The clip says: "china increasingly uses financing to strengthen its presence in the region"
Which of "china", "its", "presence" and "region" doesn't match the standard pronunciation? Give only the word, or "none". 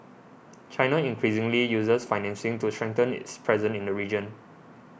presence